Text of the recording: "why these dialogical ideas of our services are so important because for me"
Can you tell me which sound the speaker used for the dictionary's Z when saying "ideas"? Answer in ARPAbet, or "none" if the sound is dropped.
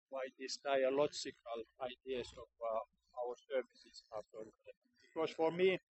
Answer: S